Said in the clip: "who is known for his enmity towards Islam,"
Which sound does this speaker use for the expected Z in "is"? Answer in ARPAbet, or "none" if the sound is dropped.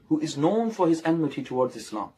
Z